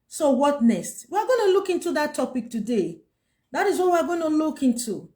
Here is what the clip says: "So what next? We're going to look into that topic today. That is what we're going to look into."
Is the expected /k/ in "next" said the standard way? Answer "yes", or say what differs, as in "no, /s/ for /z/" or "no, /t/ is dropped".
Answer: no, /k/ is dropped